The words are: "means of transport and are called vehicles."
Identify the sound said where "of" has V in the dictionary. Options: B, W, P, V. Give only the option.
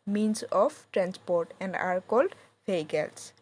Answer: P